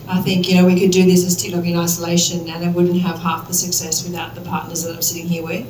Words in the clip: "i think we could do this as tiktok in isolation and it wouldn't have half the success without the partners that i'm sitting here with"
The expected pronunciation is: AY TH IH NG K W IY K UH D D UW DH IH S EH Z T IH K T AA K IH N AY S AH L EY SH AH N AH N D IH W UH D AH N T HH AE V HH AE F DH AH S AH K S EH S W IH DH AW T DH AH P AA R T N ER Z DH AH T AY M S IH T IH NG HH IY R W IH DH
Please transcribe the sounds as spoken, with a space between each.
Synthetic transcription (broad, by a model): AY TH IH NG K W IY K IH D D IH DH IH S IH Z T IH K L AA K IH N AY S AH L EY SH AH N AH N IH W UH D N T HH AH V HH AE F DH AH S AH K S EH S W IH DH AW T DH AH P AA R T N ER Z DH AH T AY M S IH T IH NG HH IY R W IH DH